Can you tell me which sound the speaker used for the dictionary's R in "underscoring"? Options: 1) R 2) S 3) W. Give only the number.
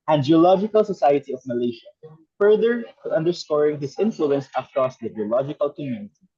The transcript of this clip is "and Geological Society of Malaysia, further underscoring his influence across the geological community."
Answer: 1